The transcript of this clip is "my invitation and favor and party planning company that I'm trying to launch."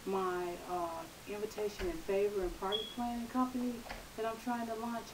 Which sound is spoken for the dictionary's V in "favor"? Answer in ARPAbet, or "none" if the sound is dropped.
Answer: V